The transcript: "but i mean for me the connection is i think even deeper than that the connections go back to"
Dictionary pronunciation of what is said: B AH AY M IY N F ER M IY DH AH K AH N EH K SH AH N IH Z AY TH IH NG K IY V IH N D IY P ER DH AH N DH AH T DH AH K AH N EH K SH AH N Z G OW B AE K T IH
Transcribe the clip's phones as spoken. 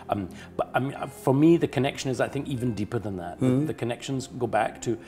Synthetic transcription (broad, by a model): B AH AY M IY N F ER M IY DH AH K AH N EH K SH AH N IH Z AY TH IH NG K IY V IH N D IY P ER DH AH N DH AH T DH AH K AH N EH K SH AH N Z G OW B AE K T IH